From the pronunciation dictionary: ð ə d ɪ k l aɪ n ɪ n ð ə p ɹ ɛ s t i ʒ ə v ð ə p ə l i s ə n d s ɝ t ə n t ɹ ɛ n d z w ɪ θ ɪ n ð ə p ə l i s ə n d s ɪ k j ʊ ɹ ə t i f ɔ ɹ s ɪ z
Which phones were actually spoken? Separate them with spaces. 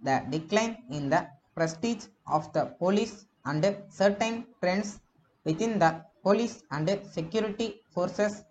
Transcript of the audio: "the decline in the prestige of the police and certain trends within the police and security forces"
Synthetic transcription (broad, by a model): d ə d ɪ k l aɪ n ɪ n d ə p ɹ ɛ s t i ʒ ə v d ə p ə l i s ə n d s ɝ t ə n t ɹ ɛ n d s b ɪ t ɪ n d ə p ə l i s ə n d s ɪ k j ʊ ɹ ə t i f ɔ ɹ s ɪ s